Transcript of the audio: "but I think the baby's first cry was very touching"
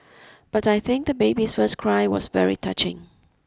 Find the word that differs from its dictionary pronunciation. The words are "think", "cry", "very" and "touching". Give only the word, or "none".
none